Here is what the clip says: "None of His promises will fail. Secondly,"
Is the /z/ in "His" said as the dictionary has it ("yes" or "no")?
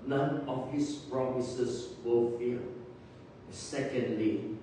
no